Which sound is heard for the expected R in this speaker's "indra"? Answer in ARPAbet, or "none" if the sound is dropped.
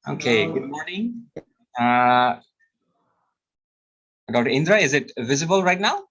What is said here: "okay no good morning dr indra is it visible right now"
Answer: R